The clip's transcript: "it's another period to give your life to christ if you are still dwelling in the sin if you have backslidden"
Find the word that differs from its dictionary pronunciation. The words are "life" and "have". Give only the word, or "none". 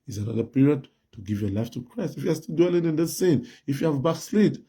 none